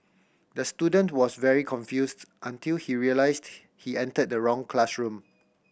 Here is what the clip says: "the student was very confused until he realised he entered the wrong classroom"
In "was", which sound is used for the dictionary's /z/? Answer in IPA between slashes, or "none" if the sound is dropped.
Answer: /s/